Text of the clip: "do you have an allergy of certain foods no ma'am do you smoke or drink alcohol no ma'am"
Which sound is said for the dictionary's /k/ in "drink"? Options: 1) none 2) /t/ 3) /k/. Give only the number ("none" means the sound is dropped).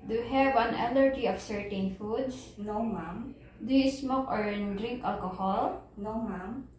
3